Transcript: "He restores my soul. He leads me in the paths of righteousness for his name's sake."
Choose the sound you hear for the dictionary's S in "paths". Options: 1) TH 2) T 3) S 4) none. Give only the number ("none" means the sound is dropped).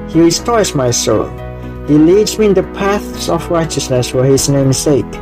3